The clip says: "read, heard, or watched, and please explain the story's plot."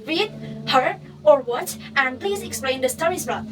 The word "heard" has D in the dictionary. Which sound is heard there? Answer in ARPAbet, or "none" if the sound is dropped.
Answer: none